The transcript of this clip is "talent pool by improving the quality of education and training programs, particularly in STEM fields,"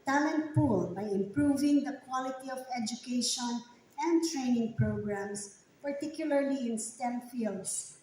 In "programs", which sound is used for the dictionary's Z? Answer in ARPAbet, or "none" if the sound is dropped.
S